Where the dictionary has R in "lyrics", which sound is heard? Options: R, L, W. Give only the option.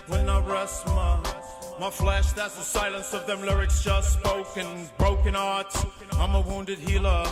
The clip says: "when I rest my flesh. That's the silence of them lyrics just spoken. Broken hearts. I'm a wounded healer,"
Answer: R